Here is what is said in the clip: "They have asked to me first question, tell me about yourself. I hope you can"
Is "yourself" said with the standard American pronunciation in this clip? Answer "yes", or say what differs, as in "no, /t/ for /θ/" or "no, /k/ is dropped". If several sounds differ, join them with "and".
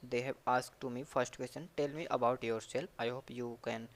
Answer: no, /p/ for /f/